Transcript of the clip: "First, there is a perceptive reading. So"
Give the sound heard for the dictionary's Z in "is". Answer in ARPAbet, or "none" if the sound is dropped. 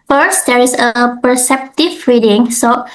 S